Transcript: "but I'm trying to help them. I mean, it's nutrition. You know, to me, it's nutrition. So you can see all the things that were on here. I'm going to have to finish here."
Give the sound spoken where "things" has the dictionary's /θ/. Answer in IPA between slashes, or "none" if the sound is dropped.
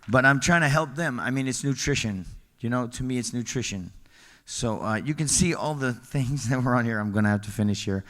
/θ/